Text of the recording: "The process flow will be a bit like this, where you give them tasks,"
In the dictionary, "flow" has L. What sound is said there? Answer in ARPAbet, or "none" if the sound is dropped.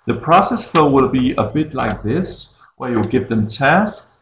none